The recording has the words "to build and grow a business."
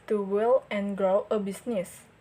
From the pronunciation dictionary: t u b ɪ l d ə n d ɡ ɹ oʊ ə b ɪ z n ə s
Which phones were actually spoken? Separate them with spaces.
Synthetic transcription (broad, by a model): t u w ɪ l ə n ɡ ɹ oʊ ə b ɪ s n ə s